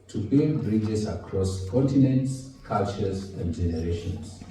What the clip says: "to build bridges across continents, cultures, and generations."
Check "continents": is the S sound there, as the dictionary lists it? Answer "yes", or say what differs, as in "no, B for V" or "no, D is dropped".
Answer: yes